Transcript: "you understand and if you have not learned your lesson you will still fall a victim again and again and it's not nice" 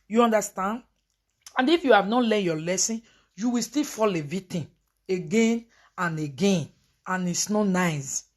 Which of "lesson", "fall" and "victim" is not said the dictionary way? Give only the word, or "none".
victim